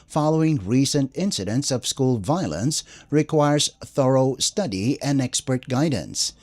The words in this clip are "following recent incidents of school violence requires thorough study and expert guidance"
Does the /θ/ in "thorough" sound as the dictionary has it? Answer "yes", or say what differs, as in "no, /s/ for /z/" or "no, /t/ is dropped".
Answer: yes